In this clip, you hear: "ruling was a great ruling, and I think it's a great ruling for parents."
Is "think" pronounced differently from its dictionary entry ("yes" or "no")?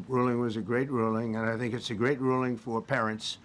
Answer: no